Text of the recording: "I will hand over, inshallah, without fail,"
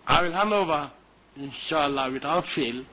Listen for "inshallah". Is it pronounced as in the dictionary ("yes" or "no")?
yes